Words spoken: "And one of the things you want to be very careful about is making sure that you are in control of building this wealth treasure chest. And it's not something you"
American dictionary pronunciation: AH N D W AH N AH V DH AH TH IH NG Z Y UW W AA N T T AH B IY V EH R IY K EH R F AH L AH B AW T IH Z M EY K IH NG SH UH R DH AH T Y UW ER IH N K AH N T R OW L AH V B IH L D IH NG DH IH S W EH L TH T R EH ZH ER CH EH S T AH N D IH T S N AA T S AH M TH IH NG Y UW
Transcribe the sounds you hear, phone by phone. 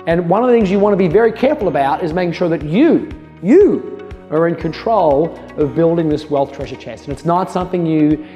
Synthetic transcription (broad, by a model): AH N W AH N AH V DH AH TH IH NG Z Y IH W AA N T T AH B IY V EH R IY K EH R F L AH B AW T IH Z M EY K IH NG SH UH R DH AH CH Y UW ER IH N K AH N T R OW L AH V B IH L D IH NG DH IH S W EH L TH T R EH ZH ER CH EH S T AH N IH T S N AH T S AH M TH IH NG Y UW